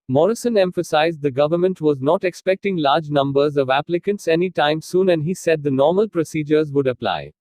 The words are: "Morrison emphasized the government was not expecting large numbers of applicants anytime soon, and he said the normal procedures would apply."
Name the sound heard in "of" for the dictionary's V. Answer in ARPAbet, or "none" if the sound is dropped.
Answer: V